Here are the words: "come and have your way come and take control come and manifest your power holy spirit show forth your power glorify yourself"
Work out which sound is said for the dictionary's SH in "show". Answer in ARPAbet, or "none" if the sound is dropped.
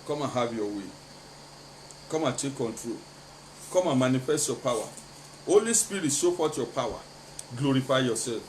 S